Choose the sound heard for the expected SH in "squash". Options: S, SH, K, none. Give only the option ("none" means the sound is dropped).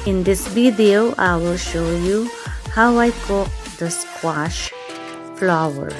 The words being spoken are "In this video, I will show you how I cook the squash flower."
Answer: SH